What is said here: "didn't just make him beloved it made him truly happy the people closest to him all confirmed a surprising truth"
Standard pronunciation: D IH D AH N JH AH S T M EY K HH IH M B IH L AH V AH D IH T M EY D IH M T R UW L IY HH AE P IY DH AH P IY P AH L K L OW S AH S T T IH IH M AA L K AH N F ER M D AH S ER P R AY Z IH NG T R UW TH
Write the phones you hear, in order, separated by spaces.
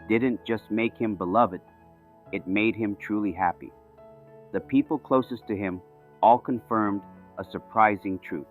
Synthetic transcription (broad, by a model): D IH D N JH AH S T M EY K HH IH M B IH L AH V AH D IH T M EY D IH M T R UW L IY HH AE P IY DH AH P IY P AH L K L OW S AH S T T IH IH M AA L K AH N F ER M D AH S ER P R AY Z IH NG T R UW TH